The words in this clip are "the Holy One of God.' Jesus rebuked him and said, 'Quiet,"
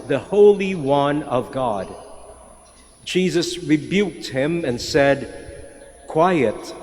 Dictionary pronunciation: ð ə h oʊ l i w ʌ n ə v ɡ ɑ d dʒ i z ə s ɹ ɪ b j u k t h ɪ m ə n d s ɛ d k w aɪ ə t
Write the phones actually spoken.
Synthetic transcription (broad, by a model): ð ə h oʊ l i w ʌ n ə v ɡ ɑ d dʒ i z ə s ɹ ɪ b j u k t h ɪ m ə n s ɛ d k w aɪ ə t